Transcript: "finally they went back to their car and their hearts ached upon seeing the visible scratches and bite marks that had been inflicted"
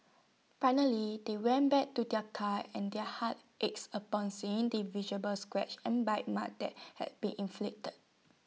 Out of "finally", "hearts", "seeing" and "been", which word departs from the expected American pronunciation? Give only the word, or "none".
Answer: hearts